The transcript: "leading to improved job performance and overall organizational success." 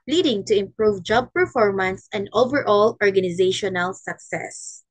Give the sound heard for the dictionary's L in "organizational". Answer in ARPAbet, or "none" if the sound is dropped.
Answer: L